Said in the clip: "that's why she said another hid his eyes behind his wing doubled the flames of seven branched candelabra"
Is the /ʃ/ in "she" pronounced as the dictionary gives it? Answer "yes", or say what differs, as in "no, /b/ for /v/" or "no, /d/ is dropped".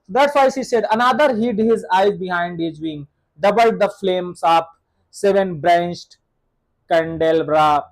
no, /s/ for /ʃ/